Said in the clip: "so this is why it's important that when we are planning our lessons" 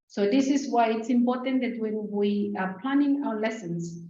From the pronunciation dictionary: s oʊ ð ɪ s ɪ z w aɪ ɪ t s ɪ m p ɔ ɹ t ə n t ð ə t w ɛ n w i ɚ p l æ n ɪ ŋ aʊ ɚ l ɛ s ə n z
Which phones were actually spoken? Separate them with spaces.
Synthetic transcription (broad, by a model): s oʊ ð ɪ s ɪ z w aɪ ɪ t s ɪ m p ɔ ɹ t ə n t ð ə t w ɛ n w i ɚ p l æ n ɪ ŋ aʊ ɚ l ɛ s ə n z